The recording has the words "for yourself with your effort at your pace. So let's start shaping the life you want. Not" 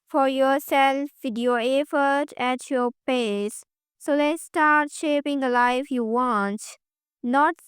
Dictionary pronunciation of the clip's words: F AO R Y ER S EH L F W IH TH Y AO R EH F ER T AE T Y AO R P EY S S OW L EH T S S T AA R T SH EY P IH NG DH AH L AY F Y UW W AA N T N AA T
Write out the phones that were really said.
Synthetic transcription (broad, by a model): F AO R Y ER S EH L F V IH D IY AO EH F ER T AE T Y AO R P EY S S OW L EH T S S T AA R T SH EY P IH NG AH L AY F Y UW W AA N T N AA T